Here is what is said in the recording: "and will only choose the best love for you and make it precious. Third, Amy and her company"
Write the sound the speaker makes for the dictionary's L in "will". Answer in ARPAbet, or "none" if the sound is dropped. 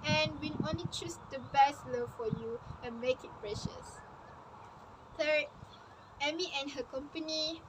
N